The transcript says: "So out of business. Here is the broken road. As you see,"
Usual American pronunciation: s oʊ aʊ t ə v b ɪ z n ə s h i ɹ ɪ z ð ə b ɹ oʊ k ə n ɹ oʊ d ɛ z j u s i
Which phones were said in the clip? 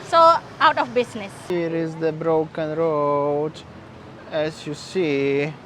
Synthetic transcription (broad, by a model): s oʊ aʊ t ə f b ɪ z n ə s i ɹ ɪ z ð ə b ɹ oʊ k ə n ɹ oʊ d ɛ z j u s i